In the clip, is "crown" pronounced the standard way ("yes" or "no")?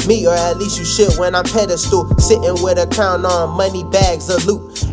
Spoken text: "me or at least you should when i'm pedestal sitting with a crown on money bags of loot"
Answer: no